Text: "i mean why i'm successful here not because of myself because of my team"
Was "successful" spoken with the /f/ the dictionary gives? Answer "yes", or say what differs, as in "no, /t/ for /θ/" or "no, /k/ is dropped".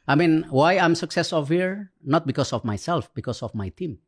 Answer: no, /f/ is dropped